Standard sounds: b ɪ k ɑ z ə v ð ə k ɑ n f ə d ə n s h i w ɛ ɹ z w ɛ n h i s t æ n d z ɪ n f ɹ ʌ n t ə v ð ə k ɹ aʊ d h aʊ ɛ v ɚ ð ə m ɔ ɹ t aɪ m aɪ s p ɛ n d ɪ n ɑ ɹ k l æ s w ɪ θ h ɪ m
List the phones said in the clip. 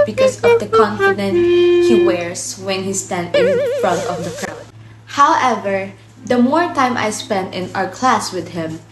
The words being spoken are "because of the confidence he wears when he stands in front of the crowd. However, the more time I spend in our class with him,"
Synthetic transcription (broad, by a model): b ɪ k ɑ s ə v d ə k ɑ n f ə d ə n h i w ɛ ɹ s w ɛ n h i s t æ n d ɪ n f ɹ ʌ n t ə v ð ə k ɹ aʊ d h aʊ ɛ v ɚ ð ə m ɔ ɹ t aɪ m aɪ s p ɛ n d ɪ n ɑ ɹ k l æ s w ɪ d h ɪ m